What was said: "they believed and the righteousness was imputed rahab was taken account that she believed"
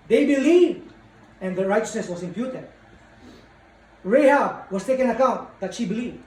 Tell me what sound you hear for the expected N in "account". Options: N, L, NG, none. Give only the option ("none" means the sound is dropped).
N